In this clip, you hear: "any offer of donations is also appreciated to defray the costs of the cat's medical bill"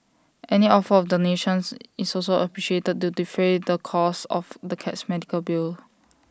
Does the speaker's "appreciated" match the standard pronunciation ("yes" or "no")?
yes